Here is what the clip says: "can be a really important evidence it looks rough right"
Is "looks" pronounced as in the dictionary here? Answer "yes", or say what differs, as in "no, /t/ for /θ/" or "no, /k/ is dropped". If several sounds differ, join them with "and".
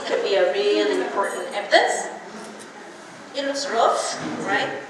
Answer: no, /w/ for /l/